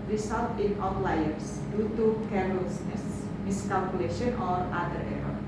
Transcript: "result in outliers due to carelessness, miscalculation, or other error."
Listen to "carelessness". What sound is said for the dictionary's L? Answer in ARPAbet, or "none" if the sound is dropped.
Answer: none